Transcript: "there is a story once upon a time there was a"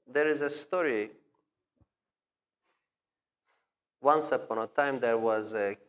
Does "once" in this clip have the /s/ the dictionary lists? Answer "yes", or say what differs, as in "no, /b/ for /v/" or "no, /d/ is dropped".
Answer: yes